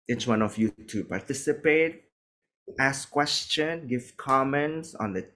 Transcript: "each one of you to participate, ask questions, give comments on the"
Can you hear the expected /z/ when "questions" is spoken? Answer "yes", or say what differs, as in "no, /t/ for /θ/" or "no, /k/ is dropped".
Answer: no, /z/ is dropped